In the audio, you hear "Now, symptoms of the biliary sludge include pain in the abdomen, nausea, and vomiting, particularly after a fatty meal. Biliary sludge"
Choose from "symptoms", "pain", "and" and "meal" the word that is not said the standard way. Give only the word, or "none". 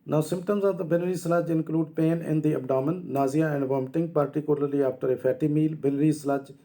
none